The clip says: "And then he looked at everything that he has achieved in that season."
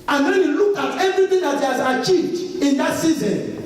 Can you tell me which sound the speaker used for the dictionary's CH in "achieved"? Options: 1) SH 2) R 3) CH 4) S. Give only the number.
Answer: 3